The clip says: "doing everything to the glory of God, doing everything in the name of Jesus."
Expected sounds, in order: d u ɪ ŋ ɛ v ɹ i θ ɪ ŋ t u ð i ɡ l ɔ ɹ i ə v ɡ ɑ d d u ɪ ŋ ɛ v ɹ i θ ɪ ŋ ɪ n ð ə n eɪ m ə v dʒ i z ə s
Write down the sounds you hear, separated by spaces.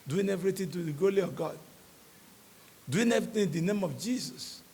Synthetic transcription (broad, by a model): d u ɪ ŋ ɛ v ɹ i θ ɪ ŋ t u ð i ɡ ɔ l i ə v ɡ ɑ d d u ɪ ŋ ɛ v ɹ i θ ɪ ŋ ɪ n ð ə n eɪ m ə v dʒ i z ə s